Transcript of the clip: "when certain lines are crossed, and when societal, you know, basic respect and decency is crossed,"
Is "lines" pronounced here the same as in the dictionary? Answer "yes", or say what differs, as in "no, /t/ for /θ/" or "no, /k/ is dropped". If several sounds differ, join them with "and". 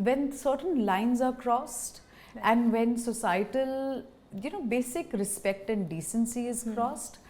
yes